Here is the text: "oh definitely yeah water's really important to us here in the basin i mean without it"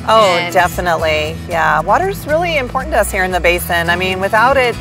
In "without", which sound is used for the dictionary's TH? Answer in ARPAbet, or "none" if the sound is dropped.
TH